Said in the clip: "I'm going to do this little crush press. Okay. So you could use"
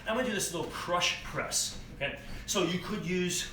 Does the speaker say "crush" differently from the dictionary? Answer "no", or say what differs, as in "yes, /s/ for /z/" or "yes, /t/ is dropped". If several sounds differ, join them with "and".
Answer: no